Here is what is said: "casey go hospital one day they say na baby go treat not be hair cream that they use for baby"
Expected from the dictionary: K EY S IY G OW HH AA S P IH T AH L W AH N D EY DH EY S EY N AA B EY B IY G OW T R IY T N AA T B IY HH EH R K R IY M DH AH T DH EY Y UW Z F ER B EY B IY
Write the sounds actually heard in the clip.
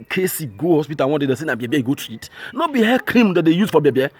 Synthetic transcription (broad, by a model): K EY S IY G OW HH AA S P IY T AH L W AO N D EY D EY S EY N AA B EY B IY G OW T IY T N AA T B IY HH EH K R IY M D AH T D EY Y UW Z F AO B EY B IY